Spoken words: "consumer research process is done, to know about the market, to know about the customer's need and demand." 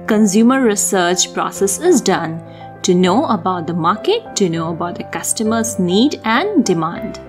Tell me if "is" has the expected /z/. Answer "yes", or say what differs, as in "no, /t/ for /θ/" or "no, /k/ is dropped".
yes